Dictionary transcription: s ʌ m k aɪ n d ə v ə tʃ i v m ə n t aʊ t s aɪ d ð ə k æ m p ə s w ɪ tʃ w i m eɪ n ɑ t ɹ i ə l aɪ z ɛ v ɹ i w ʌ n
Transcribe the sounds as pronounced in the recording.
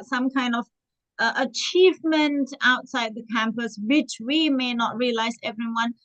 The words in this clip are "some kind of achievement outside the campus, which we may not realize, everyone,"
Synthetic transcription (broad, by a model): s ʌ m k aɪ n d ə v ə tʃ i v m ə n t aʊ t s aɪ d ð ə k æ m p ə s w ɪ tʃ w i m eɪ n ɑ t ɹ i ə l aɪ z ɛ v ɹ i w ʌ n